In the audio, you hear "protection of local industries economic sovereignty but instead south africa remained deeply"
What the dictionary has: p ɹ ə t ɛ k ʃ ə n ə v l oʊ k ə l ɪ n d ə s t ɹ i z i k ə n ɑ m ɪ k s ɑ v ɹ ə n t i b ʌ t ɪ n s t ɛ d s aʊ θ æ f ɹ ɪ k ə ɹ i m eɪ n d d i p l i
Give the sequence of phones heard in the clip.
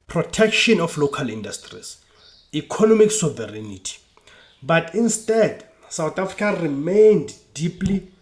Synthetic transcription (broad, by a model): p ɹ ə t ɛ k ʃ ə n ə f l oʊ k ə l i n d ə s t ɹ i s i k ə n ɑ m ɪ k s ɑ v ɹ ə n t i b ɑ t ɪ n s t ɛ d s aʊ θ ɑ f ɹ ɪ k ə ɹ i m eɪ n d d i p l i